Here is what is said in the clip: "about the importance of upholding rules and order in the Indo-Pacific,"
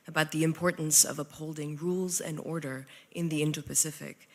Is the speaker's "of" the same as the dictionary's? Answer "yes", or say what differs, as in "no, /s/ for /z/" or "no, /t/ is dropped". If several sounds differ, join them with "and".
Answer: yes